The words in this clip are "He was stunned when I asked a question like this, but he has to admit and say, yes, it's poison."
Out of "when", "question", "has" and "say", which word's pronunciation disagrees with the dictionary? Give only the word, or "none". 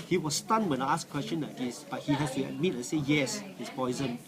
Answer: has